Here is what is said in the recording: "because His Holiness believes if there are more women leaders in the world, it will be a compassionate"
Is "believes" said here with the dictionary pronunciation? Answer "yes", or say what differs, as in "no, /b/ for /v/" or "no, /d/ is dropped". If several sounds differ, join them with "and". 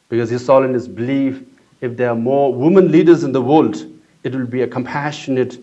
no, /z/ is dropped